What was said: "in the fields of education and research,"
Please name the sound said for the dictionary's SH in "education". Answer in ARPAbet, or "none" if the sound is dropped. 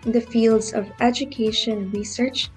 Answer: none